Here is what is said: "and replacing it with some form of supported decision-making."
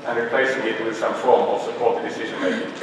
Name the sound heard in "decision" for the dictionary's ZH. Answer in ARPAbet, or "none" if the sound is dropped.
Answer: ZH